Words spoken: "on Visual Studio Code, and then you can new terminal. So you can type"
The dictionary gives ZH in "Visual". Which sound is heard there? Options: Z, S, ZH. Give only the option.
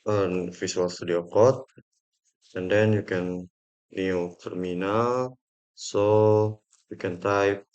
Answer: S